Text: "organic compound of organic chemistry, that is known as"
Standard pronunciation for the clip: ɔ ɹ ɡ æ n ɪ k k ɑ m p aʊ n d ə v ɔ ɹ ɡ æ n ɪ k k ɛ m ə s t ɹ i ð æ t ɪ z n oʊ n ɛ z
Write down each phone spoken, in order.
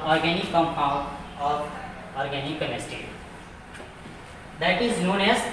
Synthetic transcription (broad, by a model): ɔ ɹ ɡ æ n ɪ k k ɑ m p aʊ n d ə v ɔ ɹ ɡ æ n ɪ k k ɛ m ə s t i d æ t ɪ z n oʊ n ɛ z